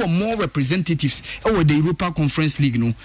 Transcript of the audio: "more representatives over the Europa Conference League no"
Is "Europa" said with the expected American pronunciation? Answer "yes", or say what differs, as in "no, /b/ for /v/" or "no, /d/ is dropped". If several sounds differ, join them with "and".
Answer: yes